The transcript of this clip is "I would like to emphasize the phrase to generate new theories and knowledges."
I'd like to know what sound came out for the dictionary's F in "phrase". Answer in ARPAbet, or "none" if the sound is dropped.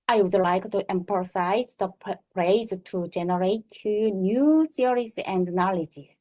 P